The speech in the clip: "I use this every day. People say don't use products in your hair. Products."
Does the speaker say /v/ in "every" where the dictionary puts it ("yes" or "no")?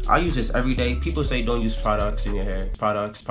yes